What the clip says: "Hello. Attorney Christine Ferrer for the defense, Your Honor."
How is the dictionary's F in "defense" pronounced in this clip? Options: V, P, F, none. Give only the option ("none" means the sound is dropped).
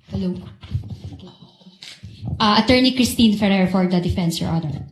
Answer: F